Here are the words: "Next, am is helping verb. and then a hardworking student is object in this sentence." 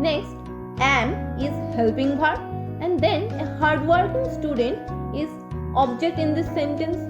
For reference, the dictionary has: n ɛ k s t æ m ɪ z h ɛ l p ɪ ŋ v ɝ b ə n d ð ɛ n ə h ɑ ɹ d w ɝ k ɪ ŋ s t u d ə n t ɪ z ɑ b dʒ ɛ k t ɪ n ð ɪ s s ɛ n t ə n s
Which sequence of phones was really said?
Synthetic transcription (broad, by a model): n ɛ k s t æ m ɪ z h ɛ l p ɪ ŋ p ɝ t ə n d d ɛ n ə h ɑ ɹ d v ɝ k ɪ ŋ s t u d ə n t ɪ z ɑ b dʒ ɛ k t ɪ n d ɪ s s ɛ n t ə n s